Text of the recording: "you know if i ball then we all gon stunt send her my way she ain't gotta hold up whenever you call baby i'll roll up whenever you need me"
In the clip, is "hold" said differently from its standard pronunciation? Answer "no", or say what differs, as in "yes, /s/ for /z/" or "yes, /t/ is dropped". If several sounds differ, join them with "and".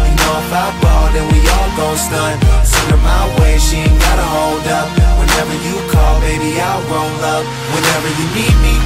no